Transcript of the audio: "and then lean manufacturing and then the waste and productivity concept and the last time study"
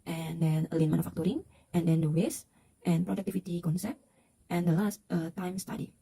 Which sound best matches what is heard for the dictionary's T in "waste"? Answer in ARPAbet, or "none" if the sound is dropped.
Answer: T